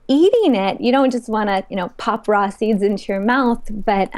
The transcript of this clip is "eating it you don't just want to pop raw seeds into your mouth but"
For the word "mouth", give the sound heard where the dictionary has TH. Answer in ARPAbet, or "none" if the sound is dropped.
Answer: TH